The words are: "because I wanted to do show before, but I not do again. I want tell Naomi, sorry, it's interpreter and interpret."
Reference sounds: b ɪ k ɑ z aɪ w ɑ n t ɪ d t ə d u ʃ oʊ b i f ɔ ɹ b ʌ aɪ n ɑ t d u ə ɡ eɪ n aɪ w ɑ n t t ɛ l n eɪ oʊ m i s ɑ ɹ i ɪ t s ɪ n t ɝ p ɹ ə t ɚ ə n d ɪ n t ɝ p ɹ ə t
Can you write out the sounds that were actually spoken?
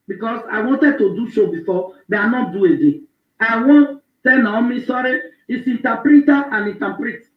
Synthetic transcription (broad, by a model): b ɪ k ɑ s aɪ w ɑ n t ɪ d t ə d u ʃ oʊ b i f ɔ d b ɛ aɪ n ɑ t d u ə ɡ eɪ aɪ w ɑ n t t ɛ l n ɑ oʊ m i s ɑ ɹ i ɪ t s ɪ n t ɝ p ɹ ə t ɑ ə n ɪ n t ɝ p ɹ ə t